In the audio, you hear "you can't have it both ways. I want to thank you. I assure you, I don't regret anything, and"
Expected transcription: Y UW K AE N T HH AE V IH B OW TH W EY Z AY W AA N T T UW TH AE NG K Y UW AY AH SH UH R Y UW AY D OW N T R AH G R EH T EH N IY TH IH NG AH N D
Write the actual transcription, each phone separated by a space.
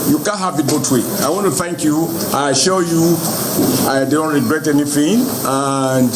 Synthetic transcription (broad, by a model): Y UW K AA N HH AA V IH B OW T W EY AY W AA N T T UW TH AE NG K Y UW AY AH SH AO Y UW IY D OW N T R AH G R EH T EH N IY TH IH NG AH N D